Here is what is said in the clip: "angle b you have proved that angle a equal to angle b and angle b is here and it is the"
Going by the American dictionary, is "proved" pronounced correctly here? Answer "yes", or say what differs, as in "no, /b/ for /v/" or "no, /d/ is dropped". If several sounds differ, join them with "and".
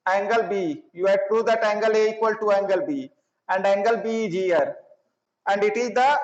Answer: no, /v/ is dropped